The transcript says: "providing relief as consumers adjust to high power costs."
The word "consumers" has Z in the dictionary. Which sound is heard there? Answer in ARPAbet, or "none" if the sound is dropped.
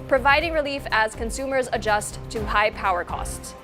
Z